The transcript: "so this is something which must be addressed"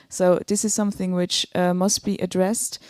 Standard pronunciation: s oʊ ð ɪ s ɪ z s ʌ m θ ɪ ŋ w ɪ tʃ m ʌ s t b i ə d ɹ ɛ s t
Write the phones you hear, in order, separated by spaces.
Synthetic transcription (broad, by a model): s oʊ ð ɪ s ɪ z s ʌ m θ ɪ ŋ w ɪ tʃ m ʌ s t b i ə d ɹ ɛ s t